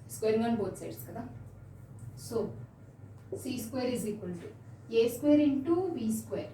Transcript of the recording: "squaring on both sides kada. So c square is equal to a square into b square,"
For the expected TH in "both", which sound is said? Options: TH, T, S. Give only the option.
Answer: T